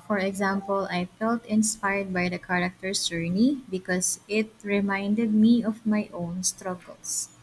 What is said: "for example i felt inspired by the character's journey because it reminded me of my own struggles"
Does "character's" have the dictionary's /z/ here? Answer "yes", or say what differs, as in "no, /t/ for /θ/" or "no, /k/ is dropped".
no, /s/ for /z/